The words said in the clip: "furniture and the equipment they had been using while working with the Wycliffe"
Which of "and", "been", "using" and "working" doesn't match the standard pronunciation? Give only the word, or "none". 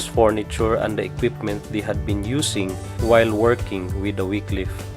using